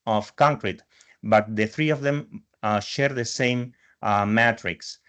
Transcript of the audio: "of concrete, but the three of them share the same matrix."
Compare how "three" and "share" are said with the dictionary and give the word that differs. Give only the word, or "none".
none